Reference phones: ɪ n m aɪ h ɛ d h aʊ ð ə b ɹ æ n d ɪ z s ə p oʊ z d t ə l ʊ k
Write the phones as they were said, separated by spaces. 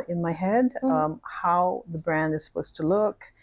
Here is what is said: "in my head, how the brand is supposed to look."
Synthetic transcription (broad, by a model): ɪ n m aɪ h ɛ d h aʊ ð ə b ɹ æ n d ɪ z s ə p oʊ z t ə l ʊ k